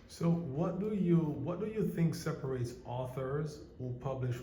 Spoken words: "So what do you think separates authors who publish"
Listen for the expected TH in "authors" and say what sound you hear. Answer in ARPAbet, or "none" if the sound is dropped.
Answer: TH